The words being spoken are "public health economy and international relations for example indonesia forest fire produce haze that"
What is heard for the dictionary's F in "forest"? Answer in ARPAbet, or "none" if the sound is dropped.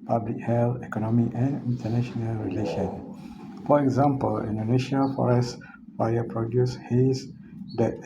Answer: F